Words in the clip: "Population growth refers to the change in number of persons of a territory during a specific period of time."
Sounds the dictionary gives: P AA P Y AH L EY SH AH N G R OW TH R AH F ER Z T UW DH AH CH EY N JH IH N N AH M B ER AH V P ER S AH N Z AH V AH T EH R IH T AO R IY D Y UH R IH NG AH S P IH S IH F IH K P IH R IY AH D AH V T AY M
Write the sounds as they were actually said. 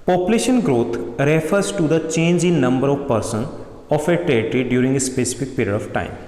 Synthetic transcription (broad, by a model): P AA P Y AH L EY SH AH N G R OW T R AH F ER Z T UW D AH CH EY N JH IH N N AH M B ER AH V P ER S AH N AH F AH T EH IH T R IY D Y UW R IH NG AH S P IH S IH F IH K P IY R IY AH D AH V T AY M